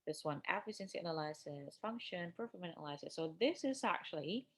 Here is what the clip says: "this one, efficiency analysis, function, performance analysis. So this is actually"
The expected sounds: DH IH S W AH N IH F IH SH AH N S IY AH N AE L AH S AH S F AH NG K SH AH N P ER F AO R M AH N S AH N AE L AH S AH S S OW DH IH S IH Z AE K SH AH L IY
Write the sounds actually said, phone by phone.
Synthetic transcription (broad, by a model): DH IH S W AH N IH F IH S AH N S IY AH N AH L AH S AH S F AH NG K SH AH N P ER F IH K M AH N AH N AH L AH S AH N S OW DH IH S IH Z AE K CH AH L IY